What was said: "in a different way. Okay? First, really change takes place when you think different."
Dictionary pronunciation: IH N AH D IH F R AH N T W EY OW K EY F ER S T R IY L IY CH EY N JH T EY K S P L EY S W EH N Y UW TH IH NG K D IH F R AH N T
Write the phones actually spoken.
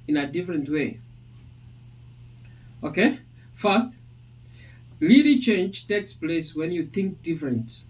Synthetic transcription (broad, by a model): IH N AH D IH F R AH N T W EY OW K EY F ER S T L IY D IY CH EY N JH T EY K S P L EY S W EH N Y UW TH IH NG K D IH F R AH N T